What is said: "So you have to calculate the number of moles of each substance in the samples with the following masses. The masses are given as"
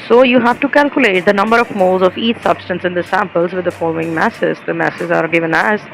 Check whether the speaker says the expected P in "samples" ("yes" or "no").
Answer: yes